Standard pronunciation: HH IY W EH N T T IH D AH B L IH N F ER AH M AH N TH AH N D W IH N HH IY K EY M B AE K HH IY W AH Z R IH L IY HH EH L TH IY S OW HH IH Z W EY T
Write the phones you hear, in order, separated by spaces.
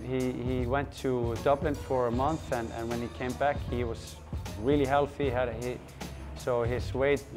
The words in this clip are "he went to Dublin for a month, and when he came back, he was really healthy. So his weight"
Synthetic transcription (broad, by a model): HH IY W EH N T T IH D AH B L IH N F ER AH M AH N TH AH N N W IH N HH IY K EY M B AE K HH IY W AH Z R IH L IY HH EH L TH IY S OW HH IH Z W EY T